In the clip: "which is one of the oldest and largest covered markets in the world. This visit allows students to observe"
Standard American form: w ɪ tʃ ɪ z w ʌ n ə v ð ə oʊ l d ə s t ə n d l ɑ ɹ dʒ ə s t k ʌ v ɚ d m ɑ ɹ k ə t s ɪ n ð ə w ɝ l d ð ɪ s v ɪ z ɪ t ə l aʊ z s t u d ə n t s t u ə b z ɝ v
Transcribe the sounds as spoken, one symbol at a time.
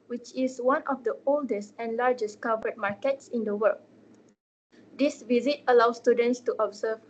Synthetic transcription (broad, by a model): w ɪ tʃ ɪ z w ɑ n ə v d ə oʊ l d ə s t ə n l ɑ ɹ dʒ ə s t k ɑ v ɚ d m ɑ ɹ k ə t s ɪ n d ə w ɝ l d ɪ s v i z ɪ t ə l aʊ s t u d ə n t s t u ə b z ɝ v